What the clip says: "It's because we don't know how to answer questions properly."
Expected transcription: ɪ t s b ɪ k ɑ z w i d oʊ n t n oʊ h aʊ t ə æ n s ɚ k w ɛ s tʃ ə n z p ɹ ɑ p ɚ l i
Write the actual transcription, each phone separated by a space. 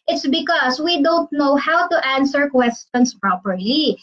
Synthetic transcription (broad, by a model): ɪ t s b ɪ k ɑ s w i d oʊ n t n oʊ h aʊ t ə æ n s ɚ k w ɛ s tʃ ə n s p ɹ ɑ p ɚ l i